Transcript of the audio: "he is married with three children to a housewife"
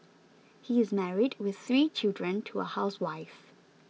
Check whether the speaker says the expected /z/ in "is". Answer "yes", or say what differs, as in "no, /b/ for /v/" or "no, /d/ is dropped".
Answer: yes